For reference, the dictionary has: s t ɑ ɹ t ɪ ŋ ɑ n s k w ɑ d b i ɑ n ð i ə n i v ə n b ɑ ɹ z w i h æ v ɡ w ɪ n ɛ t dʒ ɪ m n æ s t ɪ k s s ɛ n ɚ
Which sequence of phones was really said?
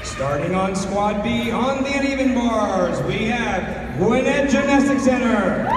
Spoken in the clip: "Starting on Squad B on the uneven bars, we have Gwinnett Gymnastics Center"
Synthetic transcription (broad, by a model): s t ɑ ɹ t ɪ ŋ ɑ n s k w ɑ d b i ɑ n ð i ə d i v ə n b ɑ ɹ z w i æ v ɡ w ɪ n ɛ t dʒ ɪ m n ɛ s t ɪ k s s ɛ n ɚ